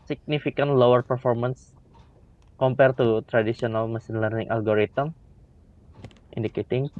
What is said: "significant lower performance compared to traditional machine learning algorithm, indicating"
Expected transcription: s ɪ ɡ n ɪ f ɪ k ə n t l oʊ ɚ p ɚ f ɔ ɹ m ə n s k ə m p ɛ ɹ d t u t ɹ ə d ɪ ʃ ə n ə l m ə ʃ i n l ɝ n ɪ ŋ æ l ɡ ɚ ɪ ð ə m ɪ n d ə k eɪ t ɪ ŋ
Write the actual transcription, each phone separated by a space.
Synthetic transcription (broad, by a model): s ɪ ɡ n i f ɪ k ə n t l oʊ ɚ p ɚ f ɔ ɹ m ə n s k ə m p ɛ ɹ t u t ɹ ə d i s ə n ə l m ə s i n l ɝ n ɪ ŋ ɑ l ɡ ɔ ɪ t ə m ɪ n d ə k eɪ t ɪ ŋ